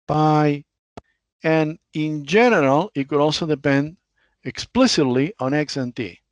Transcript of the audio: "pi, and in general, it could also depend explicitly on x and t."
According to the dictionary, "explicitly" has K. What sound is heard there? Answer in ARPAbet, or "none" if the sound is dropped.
K